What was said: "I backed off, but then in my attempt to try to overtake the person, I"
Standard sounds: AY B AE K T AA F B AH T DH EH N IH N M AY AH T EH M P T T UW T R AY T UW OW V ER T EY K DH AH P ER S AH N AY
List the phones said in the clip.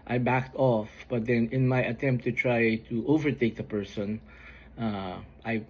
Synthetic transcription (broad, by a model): AY B AE K T AA F B AH T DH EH N IH N M AY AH T EH M P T T UW T R AY T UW OW V ER T EY K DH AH P ER S AH N AY